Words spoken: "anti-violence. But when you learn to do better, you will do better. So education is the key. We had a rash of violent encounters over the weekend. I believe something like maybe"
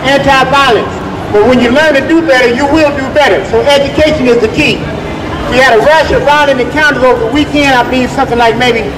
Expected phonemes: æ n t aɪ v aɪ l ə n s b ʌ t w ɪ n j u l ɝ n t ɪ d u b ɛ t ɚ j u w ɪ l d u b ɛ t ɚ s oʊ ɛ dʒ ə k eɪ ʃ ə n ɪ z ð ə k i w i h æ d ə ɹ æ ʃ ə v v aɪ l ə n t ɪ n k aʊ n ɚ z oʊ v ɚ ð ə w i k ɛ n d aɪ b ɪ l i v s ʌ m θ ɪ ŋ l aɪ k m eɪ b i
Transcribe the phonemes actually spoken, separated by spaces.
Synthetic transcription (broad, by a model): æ n t aɪ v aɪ l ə n s b ʌ t w ɪ n j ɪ l ɝ n t ɪ d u b ɛ t ɚ j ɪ w ɪ l d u b ɛ t ɚ s oʊ ɛ dʒ ə k eɪ ʃ ə n ɪ z ð ə k i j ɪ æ d ə ɹ æ ʃ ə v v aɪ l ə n ɪ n k aʊ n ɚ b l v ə w i k ɛ n d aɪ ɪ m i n s ʌ m θ ɪ ŋ l aɪ k m eɪ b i